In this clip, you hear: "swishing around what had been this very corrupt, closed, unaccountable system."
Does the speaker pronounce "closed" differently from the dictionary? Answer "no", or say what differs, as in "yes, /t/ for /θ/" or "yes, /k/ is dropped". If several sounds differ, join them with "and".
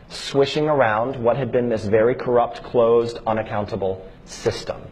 no